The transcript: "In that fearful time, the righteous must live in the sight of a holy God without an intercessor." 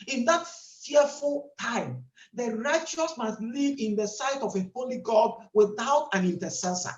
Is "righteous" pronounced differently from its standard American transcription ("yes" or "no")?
no